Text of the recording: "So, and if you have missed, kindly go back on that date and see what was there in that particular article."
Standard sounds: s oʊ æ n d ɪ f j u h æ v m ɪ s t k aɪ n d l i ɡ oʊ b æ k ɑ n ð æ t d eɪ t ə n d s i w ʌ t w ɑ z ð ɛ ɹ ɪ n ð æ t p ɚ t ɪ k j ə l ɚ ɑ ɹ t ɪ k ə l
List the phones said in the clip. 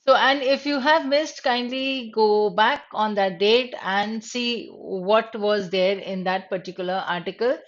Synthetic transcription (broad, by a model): s oʊ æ n d ɪ f j u h æ v m ɪ s t k aɪ n d l i ɡ oʊ b æ k ɑ n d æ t d eɪ t ə n d s i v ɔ t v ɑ z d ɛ ɹ ɪ n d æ t p ɚ t ɪ k j ə l ɚ ɑ ɹ t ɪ k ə l